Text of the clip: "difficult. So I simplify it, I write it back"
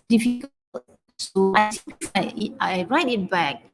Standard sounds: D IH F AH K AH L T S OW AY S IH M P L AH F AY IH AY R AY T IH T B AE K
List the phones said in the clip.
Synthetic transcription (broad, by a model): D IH F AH K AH L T S OW AY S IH P AH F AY IH AY R AY T IH T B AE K